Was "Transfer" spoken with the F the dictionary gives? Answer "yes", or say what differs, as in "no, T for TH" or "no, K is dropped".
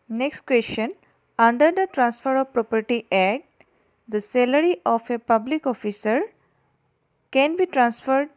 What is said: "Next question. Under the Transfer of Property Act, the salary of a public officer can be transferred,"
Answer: yes